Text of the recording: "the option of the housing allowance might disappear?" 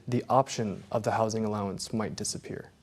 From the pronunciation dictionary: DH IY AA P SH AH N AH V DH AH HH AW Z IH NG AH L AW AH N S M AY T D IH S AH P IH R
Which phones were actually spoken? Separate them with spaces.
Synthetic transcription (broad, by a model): DH IY AA P SH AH N AH V DH AH HH AW Z IH NG AH L AW AH N S M AY T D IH S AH P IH R